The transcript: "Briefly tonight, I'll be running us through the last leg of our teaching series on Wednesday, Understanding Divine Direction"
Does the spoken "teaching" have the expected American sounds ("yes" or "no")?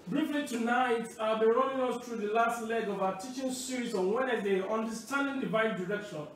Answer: yes